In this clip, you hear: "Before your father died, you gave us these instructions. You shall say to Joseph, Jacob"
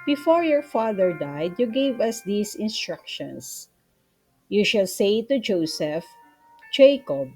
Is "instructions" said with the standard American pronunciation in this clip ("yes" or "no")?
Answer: no